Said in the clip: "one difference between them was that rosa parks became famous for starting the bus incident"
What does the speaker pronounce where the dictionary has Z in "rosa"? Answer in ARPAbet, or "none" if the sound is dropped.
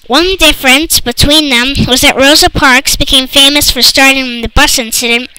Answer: Z